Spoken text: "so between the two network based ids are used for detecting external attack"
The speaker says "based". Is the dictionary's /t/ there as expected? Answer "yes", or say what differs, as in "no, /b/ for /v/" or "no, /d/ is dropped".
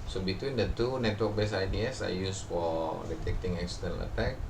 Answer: no, /t/ is dropped